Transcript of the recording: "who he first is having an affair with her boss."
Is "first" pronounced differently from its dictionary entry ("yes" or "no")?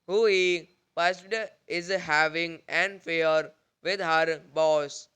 yes